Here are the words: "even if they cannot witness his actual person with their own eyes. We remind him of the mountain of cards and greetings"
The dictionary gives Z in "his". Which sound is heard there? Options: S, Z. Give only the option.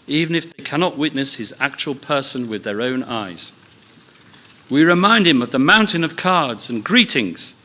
Z